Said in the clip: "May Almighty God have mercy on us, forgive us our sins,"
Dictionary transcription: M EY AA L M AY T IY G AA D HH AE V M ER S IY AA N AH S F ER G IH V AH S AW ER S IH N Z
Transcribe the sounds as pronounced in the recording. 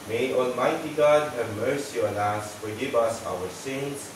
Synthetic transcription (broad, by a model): M EY AA L M AY T IY G AA D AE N M ER S IY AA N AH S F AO G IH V AH S AW ER S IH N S